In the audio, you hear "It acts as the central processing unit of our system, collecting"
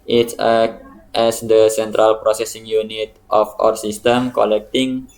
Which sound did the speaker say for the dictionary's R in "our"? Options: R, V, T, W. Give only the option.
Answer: R